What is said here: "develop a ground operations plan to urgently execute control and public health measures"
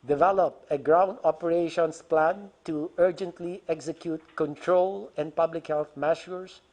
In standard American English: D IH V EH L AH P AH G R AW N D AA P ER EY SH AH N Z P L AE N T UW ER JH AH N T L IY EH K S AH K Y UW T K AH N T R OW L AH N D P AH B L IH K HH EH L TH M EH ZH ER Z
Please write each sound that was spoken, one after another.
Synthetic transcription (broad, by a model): D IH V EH L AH P AH G R AW N D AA P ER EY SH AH N S P L AE N T UW ER JH AH N T L IY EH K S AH K Y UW T K AH N T R OW L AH N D P AH B L IH K HH EH L TH M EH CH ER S